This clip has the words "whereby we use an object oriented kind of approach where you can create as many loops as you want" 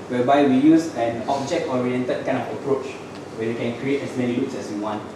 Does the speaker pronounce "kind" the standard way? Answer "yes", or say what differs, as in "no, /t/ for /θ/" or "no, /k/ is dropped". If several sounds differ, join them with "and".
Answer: no, /d/ is dropped